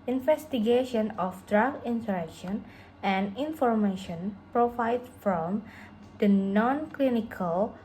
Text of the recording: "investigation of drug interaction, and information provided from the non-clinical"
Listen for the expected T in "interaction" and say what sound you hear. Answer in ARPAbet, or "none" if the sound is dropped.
S